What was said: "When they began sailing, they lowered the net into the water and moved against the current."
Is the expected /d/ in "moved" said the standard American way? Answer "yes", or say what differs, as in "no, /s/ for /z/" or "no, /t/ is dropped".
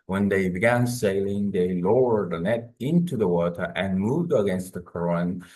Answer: yes